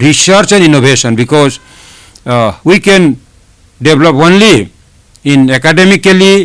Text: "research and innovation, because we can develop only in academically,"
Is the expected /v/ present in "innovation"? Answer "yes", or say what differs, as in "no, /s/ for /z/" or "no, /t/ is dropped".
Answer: no, /b/ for /v/